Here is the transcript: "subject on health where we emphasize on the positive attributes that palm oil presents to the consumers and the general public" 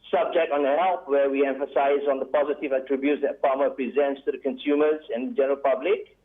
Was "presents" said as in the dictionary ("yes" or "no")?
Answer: yes